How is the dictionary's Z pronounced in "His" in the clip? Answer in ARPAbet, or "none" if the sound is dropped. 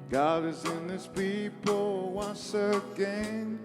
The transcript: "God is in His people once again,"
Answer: S